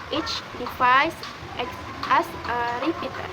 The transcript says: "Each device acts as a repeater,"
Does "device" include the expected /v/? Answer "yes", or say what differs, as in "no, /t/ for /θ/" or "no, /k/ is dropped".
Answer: no, /f/ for /v/